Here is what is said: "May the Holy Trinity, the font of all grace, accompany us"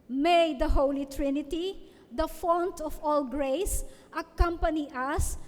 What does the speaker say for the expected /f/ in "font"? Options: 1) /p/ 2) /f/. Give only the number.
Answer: 2